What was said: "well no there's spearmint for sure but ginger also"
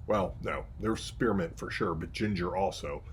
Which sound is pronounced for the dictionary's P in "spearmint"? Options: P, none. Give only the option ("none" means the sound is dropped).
P